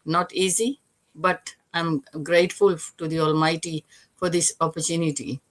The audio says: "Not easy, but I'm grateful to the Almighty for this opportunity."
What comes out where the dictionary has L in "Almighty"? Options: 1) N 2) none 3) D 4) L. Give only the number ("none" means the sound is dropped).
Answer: 4